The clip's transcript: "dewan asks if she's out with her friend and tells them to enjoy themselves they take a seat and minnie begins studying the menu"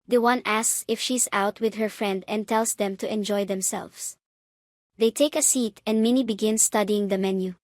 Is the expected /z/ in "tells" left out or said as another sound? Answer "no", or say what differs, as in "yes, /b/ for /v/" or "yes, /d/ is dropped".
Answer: yes, /s/ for /z/